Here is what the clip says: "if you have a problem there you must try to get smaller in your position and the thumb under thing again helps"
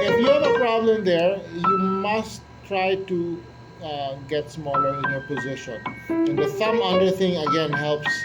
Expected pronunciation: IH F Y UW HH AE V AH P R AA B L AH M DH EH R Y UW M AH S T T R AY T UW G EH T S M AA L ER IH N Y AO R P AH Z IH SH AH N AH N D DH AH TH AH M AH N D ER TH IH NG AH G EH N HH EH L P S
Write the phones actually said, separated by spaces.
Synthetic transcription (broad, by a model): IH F Y UW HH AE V AH P R AA B L AH M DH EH R Y UW M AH S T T R AY T UW G EH T S M AA L ER IH N Y AO R P AH Z IH SH AH N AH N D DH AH S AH M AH D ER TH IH NG AH G EH N HH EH L P S